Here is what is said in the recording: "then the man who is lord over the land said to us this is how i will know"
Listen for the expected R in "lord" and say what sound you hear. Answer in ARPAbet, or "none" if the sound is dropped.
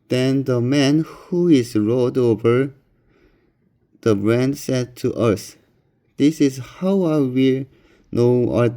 L